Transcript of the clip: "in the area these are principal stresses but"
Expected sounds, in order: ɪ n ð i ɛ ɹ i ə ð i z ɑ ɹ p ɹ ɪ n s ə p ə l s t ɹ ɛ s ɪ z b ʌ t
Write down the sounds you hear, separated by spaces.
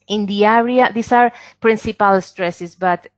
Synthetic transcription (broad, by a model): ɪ n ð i ɛ ɹ i ə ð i s ɑ ɹ p ɹ ɪ n s ə p ə l s t ɹ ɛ s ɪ s b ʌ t